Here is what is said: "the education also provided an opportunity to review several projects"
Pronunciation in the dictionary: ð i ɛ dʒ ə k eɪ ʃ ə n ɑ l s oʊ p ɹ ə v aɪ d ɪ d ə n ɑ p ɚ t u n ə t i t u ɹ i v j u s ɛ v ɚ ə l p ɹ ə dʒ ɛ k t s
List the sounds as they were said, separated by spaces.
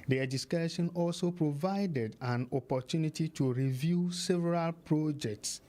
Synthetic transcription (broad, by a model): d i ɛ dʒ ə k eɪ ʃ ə n ɑ l s oʊ p ɹ ə v aɪ d ɪ d ə n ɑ p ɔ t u n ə t i t u ɹ i v j u s ɛ v ɚ ə l p ɹ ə dʒ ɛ k t s